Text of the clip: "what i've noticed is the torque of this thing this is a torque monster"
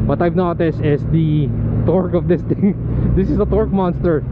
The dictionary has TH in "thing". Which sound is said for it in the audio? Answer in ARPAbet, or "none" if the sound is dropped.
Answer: T